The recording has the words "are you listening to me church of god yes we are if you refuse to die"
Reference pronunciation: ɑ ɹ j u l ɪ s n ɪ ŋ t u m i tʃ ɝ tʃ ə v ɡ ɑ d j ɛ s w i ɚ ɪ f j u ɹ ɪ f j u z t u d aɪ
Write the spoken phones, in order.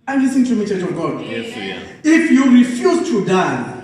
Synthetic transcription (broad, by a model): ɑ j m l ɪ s ɪ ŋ t u m i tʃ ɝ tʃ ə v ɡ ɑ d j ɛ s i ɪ f j u ɹ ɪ f j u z t u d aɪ